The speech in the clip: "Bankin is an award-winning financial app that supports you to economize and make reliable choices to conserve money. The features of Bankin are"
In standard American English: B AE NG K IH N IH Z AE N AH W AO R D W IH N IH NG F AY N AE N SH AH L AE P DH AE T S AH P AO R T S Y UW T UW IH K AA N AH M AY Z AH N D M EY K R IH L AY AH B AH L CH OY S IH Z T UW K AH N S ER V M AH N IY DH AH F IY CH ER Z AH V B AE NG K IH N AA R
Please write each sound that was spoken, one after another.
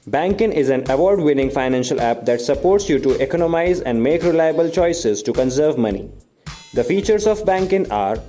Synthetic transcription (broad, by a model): B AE NG K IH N IH Z AE N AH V AO R D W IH N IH NG F AY N AE N SH AH L AE P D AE T S AH P AO R T S Y UW T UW IH K AA N AH M AY Z AH N D M EY K R IH L AY AH B AH L CH OY S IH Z T UW K AH N S ER V M AH N IY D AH F IY CH ER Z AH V B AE NG K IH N AA R